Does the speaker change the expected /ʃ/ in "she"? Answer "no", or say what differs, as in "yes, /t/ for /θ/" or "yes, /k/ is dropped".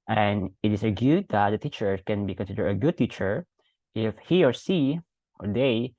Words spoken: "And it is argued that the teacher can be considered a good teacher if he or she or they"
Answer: yes, /s/ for /ʃ/